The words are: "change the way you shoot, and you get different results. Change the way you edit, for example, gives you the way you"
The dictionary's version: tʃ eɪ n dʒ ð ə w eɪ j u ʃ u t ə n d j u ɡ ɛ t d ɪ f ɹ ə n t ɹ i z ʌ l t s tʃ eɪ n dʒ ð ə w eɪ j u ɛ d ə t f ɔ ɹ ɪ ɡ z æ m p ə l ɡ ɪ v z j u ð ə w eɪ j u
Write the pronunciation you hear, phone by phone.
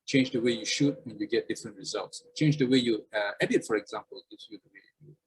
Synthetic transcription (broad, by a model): tʃ eɪ n dʒ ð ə w eɪ j u ʃ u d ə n j u ɡ ɛ t d ɪ f ɹ ə n t ɹ i z ʌ l t s tʃ eɪ n dʒ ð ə w eɪ j u ɛ d ə t f ɔ ɹ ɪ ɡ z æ m p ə l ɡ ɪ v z j u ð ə w eɪ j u